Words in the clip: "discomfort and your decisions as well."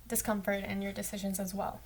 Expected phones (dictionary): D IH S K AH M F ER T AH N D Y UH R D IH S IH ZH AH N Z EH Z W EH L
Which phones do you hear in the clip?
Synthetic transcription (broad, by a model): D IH S K AH M F ER T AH N Y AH R D IH S IH ZH AH N Z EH Z W EH L